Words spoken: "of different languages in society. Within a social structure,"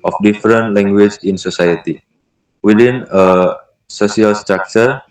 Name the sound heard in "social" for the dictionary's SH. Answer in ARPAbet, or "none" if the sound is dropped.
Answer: S